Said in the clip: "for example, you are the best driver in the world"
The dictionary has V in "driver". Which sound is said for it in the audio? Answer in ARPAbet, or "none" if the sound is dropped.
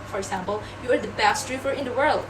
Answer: F